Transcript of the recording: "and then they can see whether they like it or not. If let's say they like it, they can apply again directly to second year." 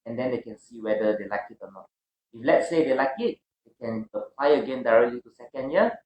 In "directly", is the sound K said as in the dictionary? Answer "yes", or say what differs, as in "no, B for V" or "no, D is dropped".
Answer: yes